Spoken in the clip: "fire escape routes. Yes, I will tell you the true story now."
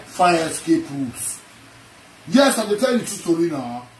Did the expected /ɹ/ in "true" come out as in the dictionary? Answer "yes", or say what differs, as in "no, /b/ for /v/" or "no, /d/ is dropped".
no, /ɹ/ is dropped